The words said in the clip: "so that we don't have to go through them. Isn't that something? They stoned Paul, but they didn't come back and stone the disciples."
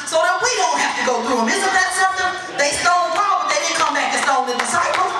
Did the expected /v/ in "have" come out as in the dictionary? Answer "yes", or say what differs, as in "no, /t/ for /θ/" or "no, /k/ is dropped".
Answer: no, /f/ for /v/